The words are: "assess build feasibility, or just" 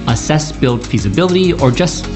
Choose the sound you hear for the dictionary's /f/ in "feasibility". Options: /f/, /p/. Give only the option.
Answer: /f/